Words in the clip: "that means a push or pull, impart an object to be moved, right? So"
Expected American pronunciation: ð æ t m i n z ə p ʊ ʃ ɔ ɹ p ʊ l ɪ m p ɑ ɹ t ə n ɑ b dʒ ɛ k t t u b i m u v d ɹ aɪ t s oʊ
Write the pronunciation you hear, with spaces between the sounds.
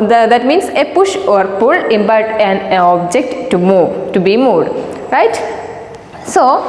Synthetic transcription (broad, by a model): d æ t m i n s ə p ʊ ʃ ɔ ɹ p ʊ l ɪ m b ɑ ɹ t ə n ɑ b dʒ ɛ k t t u b i m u d ɹ aɪ t s oʊ